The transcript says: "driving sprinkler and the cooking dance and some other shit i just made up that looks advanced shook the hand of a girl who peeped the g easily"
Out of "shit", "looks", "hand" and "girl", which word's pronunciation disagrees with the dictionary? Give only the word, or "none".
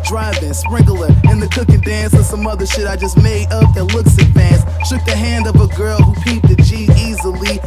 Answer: none